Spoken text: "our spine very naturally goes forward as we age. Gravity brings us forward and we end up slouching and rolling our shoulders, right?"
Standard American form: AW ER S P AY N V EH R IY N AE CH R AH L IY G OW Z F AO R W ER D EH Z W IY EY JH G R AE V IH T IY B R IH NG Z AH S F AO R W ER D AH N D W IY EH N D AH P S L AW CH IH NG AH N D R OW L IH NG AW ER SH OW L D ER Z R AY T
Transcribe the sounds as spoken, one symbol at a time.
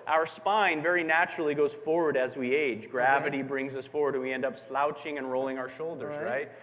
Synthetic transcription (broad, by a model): AW ER S P AY N V EH R IY N AE CH R L IY G OW Z F AO R W ER D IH Z W IY EY JH G R AE V IH T IY B R IH NG Z AH S F AO R W ER D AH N W IY EH N D AH P S L AW CH IH NG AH N R OW L IH NG AW ER SH OW L D ER Z R AY T